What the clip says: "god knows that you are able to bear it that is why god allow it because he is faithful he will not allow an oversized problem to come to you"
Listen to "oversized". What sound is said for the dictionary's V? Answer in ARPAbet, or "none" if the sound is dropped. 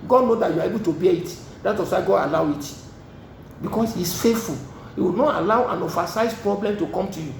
F